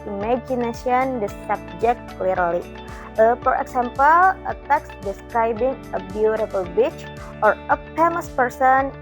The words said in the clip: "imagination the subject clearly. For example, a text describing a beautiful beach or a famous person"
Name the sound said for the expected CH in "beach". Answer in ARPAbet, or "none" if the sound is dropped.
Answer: CH